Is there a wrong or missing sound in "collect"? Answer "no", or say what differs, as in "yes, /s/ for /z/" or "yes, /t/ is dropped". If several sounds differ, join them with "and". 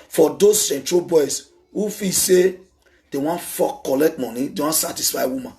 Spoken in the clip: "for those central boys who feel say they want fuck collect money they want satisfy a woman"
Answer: no